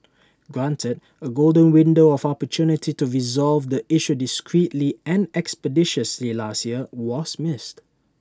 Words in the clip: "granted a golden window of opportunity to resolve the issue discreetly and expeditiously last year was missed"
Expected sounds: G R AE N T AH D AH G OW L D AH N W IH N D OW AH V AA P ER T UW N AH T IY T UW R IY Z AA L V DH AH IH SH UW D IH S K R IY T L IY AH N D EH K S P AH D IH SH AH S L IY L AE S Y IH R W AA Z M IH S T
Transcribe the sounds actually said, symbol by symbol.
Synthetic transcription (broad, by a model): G R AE N T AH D AH G OW L D AH N W IH N D OW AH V AA P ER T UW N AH T IY T UW R IY Z AA L V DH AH IH SH UW D IH S K R IY T L IY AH N EH K S P AH D IH SH AH S L IY L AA S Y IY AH W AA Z M IH S T